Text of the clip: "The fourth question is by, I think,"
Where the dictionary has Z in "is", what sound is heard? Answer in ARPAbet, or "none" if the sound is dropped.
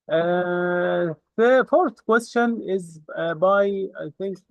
Z